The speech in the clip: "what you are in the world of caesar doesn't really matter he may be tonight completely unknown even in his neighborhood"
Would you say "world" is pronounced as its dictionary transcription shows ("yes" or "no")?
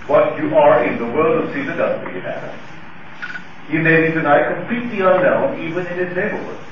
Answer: yes